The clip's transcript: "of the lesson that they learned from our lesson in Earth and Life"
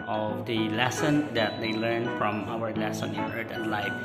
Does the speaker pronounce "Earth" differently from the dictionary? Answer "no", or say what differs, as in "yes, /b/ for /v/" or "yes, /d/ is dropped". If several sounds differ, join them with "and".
yes, /t/ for /θ/